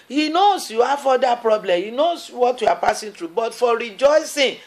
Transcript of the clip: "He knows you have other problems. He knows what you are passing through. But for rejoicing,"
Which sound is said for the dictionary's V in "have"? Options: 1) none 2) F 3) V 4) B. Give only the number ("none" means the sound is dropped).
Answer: 2